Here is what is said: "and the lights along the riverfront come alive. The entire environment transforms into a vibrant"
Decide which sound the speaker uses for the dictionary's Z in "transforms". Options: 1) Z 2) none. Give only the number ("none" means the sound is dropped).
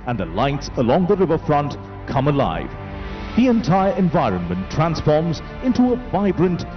1